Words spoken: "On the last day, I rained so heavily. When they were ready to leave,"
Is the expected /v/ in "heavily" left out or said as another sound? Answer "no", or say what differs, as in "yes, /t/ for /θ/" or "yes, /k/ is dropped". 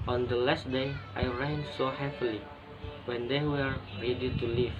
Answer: yes, /p/ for /v/